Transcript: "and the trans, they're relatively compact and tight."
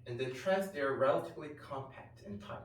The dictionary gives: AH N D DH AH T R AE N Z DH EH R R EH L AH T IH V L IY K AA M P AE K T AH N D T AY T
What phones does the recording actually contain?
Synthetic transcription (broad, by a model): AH N DH AH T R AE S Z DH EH R R EH L AH T IH V L IY K AA M P AE K T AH N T AY